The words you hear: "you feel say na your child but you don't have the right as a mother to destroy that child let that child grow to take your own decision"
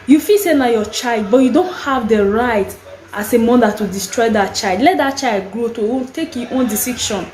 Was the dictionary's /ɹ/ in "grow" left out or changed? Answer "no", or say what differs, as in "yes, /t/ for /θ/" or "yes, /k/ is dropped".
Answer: no